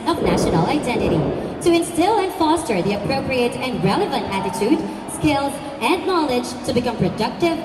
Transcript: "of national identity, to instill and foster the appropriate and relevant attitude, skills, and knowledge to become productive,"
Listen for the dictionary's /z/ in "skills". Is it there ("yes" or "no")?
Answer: yes